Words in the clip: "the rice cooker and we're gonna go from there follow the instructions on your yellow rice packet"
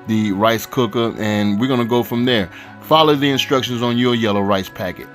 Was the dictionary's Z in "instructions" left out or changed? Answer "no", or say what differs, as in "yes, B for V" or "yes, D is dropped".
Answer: no